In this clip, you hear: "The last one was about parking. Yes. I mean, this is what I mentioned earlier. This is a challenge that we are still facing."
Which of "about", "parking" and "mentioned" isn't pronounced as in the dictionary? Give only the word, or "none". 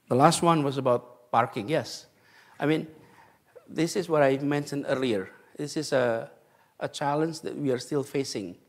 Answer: none